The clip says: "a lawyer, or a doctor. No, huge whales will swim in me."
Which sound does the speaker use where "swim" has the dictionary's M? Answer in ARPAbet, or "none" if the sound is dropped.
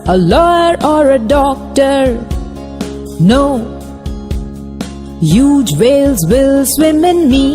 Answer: M